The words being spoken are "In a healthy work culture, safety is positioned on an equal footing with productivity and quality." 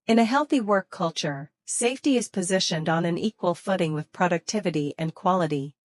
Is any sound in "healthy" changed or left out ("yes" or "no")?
no